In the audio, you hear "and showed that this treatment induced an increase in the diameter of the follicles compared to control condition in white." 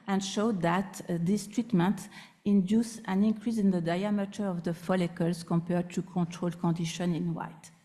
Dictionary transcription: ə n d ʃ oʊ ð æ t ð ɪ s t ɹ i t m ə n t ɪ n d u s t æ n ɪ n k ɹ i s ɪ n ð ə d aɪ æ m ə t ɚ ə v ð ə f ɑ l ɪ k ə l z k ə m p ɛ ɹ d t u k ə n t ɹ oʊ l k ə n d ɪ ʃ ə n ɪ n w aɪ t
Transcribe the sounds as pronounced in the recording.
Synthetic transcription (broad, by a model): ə n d ʃ oʊ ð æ t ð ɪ s t ɹ i t m ə n t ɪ n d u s æ n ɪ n k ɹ i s ɪ n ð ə d aɪ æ m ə t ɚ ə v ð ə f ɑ l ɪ k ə l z k ə m p ɛ ɹ d t u k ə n t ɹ oʊ l k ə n d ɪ ʃ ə n ɪ n w aɪ t